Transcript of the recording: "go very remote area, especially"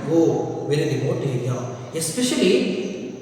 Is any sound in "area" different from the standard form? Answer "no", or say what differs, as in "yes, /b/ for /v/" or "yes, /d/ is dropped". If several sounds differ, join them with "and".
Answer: yes, /ɹ/ is dropped